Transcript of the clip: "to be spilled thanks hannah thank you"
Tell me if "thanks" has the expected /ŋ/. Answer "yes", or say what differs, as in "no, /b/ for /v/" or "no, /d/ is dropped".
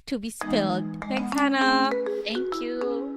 no, /ŋ/ is dropped